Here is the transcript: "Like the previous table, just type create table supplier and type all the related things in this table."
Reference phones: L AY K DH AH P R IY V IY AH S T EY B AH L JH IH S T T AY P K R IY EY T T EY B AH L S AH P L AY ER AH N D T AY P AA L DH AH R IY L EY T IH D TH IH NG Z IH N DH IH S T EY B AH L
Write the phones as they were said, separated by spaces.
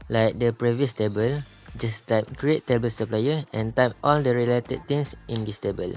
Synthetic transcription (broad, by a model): L AY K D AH P R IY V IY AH S T EY B AH L JH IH S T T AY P K R IY EY T T EY B AH L S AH P L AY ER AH N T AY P AA L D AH R IY L EY T IH D T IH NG S IH N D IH S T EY B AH L